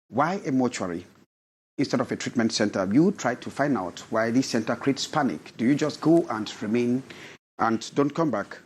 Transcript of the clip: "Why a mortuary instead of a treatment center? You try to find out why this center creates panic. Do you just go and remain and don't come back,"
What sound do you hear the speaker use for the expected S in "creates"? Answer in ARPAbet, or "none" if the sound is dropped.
S